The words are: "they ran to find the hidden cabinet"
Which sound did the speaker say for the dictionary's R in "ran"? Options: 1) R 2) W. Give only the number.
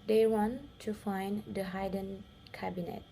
2